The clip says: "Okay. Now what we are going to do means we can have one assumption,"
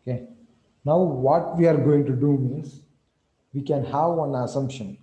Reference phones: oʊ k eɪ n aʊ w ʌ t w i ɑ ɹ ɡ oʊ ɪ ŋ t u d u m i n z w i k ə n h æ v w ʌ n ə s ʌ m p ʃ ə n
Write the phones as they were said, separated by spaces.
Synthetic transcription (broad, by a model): k eɪ n aʊ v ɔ t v i ɑ ɹ ɡ oʊ ɪ ŋ t u d u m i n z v i k ə n h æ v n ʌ ə s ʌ m p ʃ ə n